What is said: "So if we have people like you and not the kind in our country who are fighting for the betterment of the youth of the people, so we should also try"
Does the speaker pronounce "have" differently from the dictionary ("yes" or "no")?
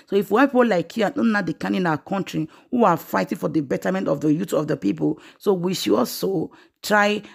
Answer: yes